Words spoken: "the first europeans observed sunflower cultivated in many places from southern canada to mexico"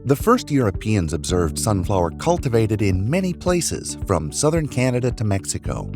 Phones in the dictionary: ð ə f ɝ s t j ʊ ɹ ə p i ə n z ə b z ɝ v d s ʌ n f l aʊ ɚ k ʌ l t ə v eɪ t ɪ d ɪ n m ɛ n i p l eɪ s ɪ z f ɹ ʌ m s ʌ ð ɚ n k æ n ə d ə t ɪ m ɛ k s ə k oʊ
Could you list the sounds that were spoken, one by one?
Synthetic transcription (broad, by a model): ð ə f ɝ s t j ʊ ɹ ə p i ə n z ə b z ɝ v d s ʌ n f l aʊ ɚ k ʌ l t ə v eɪ t ɪ d ɪ n m ɛ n i p l eɪ s ɪ z f ɹ ʌ m s ʌ ð ɚ n k æ n ə d ə t ɪ m ɛ k s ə k oʊ